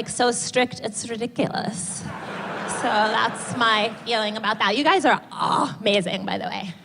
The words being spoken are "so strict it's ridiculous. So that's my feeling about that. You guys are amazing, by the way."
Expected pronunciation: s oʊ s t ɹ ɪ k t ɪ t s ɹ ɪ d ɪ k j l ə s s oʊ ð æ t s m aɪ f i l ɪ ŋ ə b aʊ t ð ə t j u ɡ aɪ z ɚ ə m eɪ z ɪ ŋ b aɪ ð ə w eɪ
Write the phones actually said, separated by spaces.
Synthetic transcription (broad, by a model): s oʊ s t ɹ ɪ k t ɪ t s ɹ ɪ d ɪ k j l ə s s oʊ ð æ t s m aɪ f i l ɪ ŋ ə b aʊ t ð ə t j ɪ ɡ aɪ z ɚ ə m eɪ z ɪ ŋ b aɪ ð ə w eɪ